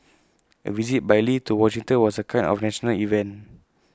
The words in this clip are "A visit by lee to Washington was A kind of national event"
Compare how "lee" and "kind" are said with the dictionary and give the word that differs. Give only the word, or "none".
kind